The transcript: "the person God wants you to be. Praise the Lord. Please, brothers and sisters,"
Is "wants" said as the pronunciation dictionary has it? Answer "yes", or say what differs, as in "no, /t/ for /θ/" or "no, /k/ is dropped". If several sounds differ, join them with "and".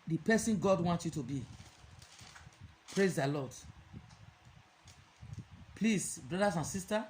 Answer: no, /s/ is dropped